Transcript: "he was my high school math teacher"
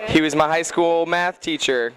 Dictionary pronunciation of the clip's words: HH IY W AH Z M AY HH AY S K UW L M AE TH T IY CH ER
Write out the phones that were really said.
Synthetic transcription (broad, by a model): HH IY W AH Z M AY HH AY S K UW L M AE TH T IY CH ER